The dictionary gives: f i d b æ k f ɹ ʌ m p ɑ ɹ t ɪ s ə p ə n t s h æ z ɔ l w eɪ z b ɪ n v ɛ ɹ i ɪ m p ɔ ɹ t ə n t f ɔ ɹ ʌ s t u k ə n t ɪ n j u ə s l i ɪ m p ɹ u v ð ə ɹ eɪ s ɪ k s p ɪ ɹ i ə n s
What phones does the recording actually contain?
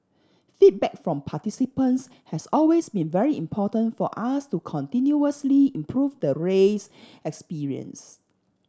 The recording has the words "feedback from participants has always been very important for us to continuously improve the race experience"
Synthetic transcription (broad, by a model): f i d b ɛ k f ɹ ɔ m p ɑ t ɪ s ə p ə n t s h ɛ s ɔ l w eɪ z b ɪ n v ɛ ɹ i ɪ m p ɔ t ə n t f ɔ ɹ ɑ s t u k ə n t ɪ n j u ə s l i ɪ m p ɹ u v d ə ɹ eɪ s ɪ k s p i ɹ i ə n s